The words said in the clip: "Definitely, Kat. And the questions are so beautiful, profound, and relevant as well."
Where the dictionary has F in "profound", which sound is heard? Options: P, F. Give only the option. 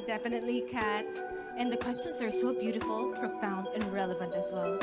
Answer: F